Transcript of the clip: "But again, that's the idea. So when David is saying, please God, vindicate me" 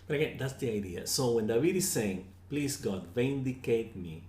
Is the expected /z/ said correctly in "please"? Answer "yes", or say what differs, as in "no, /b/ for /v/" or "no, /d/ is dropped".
no, /s/ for /z/